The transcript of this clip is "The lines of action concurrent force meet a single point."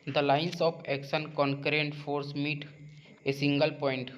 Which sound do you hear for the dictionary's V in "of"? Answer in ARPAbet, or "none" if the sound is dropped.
P